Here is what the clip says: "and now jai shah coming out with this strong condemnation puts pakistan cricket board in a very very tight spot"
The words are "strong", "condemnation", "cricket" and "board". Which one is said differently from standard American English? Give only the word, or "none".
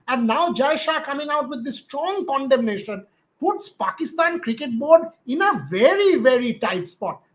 none